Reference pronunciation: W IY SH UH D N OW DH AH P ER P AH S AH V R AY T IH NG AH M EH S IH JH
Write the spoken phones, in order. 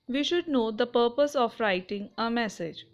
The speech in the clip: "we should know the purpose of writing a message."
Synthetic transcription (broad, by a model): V IY SH UH D N OW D AH P ER P AH S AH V R AY T IH NG AH M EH S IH JH